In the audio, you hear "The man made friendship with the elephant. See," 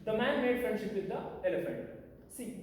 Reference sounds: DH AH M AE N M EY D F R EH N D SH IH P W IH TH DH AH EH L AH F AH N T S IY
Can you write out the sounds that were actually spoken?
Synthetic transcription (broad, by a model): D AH M AE N M EY D F R EH N D SH IH P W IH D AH EH L AH F AH N T S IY